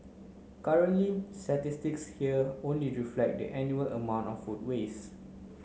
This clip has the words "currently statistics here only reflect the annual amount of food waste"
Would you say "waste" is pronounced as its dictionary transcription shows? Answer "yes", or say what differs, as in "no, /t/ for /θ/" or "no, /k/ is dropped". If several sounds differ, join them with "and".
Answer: no, /t/ is dropped